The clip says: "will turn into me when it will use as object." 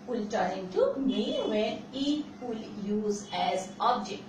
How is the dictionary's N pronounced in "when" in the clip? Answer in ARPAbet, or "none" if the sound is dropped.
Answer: none